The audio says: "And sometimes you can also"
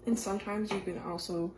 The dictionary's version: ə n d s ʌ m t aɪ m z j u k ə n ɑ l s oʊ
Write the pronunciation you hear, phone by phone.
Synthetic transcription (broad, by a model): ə n s ʌ m t aɪ m z j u k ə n ɑ l s oʊ